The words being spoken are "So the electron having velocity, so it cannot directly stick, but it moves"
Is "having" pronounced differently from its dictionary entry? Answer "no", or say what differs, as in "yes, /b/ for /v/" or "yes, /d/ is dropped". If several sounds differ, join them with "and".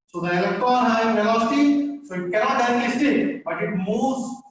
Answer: yes, /v/ is dropped